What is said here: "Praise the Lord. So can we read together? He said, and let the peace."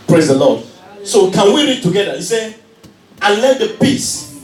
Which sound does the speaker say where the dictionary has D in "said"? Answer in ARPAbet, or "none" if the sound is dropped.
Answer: none